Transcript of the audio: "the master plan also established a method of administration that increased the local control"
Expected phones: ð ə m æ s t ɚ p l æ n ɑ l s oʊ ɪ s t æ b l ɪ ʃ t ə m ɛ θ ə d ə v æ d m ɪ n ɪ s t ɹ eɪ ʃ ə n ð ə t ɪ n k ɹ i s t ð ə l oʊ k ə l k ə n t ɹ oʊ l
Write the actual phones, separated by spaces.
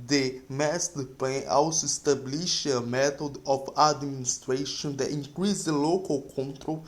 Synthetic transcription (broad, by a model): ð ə m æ s t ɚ p l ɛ ɑ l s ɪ s t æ b l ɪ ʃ ə m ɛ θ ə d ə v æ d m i n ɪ s t ɹ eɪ ʃ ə n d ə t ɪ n k ɹ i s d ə l oʊ k ə l k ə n t ɹ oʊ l